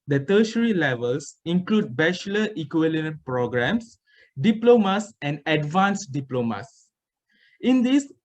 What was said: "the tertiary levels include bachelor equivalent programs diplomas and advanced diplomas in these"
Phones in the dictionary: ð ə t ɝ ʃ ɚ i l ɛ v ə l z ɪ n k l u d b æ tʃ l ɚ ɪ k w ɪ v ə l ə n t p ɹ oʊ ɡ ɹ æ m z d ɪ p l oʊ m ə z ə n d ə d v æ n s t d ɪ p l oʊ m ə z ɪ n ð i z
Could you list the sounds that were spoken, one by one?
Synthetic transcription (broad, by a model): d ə t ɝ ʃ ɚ i l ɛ v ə l s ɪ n k l u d b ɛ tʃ l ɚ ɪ k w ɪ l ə n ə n p ɹ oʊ ɡ ɹ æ m s d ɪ p l oʊ m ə s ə n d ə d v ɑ n s d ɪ p l oʊ m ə s ɪ n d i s